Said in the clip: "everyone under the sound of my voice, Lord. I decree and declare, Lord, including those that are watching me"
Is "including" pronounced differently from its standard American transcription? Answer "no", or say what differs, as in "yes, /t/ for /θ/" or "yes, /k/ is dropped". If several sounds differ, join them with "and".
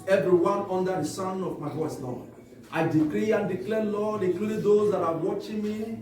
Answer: yes, /n/ is dropped